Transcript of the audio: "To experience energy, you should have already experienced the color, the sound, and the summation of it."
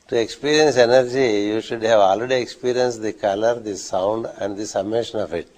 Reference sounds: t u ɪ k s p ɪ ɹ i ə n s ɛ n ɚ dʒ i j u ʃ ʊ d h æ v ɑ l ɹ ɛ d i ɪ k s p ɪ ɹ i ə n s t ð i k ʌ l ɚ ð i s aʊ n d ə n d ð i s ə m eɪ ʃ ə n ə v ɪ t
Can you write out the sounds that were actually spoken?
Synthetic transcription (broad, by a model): t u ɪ k s p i ɹ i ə n s ɛ n ɚ dʒ i j u ʃ ʊ d h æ v ɑ l ɹ ɛ d i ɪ k s p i ɹ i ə n s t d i k ʌ l ɚ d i s aʊ n d ə n d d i s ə m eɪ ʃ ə n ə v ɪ t